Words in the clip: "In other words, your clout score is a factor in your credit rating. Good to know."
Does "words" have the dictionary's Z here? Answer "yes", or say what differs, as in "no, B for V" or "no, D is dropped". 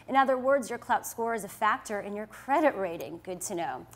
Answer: yes